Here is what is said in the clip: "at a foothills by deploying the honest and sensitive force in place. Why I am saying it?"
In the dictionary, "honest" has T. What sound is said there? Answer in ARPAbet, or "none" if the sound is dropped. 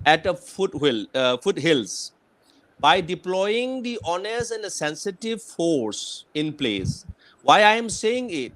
none